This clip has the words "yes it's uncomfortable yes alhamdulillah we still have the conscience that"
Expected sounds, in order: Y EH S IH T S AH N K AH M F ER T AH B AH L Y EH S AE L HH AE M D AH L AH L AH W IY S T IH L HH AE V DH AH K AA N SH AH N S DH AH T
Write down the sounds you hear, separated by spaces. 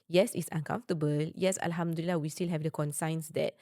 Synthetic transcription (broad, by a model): Y EH S IH T S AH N K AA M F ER T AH B AH L Y EH S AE L HH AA M D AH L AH L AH W IY S T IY L HH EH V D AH K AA N S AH N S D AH T